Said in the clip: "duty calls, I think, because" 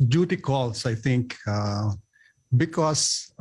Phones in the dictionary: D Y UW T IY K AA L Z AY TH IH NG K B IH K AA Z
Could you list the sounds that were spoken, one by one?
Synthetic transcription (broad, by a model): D Y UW T IY K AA L S AY T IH NG K B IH K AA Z